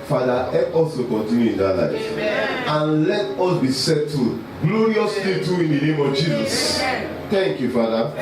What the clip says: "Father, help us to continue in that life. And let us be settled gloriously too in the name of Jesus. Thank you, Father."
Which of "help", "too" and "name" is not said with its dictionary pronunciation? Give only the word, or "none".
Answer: help